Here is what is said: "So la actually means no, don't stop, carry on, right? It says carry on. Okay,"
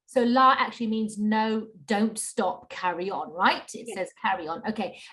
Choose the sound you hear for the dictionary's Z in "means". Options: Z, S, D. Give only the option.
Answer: Z